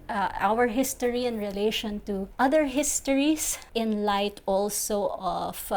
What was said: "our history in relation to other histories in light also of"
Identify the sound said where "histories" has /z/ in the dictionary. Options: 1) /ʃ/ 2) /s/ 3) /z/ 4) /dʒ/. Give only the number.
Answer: 2